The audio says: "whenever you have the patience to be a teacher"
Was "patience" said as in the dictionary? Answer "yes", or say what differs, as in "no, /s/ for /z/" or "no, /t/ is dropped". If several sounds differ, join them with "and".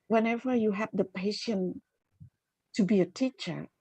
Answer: no, /s/ is dropped